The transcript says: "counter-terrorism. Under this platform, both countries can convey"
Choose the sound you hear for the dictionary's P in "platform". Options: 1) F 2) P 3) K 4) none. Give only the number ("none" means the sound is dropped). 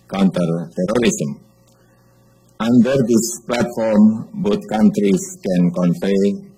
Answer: 2